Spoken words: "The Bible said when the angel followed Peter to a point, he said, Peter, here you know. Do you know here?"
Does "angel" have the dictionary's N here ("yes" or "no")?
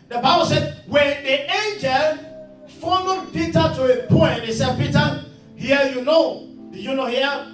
yes